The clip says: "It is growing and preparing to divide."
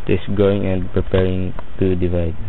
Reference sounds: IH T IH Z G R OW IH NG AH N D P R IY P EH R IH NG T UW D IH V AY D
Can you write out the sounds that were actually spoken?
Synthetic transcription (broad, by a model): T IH S G OW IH NG AH N D P R IY P EH R IH NG T UW D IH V AY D